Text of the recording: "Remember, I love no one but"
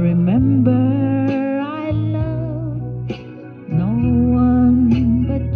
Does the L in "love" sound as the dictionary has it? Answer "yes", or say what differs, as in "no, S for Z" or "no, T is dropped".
no, N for L